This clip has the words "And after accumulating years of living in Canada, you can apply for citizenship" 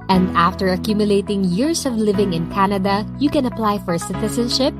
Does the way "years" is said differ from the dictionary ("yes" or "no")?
yes